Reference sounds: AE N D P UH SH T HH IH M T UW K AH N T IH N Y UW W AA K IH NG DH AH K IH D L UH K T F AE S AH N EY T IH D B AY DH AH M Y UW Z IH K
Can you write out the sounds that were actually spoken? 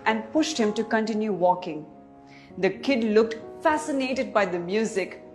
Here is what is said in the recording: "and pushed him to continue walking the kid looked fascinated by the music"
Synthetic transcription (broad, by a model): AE N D P UH SH T HH IH M T UW K AH N T IH N Y UW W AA K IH NG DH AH K IH D L UH K T F AE S AH N EY T IH D B AY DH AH M Y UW Z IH K